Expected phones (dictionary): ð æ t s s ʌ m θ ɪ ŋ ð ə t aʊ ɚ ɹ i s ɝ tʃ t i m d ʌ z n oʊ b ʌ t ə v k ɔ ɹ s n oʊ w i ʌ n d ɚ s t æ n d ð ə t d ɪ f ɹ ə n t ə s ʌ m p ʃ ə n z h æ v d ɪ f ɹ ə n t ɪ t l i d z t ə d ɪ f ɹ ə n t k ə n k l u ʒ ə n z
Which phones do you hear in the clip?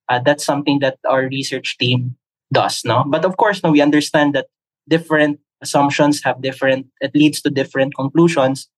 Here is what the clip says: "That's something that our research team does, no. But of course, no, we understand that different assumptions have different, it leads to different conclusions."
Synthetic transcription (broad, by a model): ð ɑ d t s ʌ m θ ɪ ŋ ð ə t aʊ ɚ ɹ i s ɝ tʃ t i m d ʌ s n oʊ b ʌ t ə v k ɔ ɹ s n oʊ w i ʌ n d ɚ s t æ n d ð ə t d ɪ f ɹ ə n t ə s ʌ m p ʃ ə n s h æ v d ɪ f ɹ ə n t ɪ t l i d s t ə d ɪ f ɹ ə n t k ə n k l u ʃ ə n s